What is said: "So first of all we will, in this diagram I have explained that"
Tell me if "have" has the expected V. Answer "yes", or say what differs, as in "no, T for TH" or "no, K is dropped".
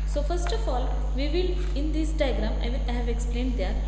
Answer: yes